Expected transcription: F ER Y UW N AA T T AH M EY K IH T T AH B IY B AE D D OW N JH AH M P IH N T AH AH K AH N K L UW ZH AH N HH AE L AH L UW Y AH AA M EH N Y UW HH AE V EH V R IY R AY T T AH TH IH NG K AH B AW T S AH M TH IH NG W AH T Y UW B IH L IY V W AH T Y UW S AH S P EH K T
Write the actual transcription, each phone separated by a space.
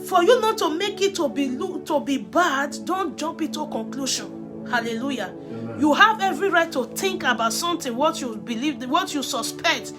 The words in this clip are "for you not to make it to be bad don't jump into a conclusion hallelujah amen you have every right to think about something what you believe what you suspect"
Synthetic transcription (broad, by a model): F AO Y UW N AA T T AH M EY K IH T T AH B IY B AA D D OW N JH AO M P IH T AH K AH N K L UW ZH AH N HH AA L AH L UW Y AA Y UW HH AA V EH V R IY R AY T T AH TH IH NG K AH B AW T S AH M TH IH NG W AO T Y UW B IH L IY V W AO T Y UW S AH S P EH K T